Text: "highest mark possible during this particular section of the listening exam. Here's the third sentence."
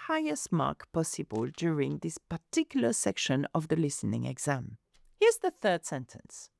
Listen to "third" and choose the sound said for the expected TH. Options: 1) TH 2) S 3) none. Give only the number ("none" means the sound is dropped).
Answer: 1